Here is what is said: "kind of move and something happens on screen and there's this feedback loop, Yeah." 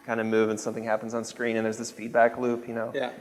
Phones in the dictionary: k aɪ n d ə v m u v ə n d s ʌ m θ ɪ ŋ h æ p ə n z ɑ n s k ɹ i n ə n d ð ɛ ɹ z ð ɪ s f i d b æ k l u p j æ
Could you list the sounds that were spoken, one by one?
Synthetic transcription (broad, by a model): k aɪ n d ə m u v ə n s ʌ m θ ɪ ŋ h æ p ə n z n s k ɹ i n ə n ð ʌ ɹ z ð ɪ s f i d b æ k l u p j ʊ